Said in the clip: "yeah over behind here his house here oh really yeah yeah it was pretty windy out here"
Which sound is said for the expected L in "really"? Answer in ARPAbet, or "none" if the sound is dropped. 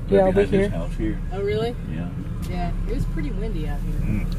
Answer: L